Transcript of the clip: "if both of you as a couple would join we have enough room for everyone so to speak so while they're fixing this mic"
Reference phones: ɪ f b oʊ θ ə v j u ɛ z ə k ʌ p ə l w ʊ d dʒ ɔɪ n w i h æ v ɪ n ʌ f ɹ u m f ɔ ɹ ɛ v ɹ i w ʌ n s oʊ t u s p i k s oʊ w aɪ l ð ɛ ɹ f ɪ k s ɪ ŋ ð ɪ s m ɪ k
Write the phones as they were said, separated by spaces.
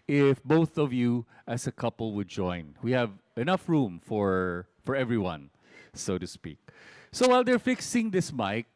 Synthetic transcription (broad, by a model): ɪ f b oʊ θ ə v j u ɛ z ə k ʌ p ə l w ʊ d dʒ ɔɪ n w i h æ v ɪ n ʌ f ɹ u m f ɔ ɹ ɛ v ɹ i w ʌ n s oʊ t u s p i k s oʊ w aɪ l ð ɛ ɹ f ɪ k s ɪ ŋ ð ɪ s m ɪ k